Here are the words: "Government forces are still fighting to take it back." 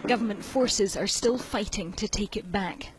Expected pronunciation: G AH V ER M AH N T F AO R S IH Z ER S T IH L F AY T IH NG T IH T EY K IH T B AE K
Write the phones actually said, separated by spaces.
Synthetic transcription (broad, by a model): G AH V ER M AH N T F AO R S IH Z ER S T IH L F AY T IH NG T IH T EY K IH T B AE K